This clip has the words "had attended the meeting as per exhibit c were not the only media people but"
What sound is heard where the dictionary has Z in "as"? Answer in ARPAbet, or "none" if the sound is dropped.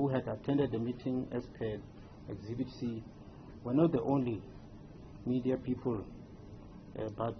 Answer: S